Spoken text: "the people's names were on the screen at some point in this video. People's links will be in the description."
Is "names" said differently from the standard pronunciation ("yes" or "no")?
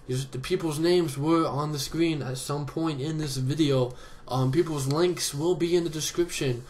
no